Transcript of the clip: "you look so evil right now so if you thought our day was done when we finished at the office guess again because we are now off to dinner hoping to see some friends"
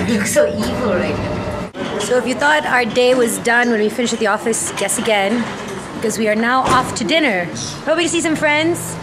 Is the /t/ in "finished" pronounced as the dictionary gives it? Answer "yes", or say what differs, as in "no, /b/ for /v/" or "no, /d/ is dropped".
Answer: no, /t/ is dropped